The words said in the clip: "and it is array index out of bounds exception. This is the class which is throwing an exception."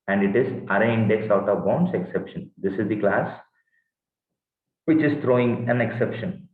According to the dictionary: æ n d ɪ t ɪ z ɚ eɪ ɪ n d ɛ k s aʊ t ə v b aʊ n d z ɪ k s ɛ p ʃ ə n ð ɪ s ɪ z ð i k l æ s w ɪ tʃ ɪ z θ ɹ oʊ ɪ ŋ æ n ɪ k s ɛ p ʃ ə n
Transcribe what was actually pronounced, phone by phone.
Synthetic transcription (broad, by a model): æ n d ɪ t ɪ z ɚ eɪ ɪ n d ɛ k s aʊ t ə v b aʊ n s ɪ k s ɛ p ʃ ə n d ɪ s ɪ z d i k l æ s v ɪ tʃ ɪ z t ɹ oʊ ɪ ŋ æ n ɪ k s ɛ p ʃ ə n